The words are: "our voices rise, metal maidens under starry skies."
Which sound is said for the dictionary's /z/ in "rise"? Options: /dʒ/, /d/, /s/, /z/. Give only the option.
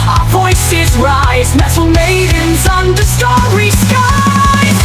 /z/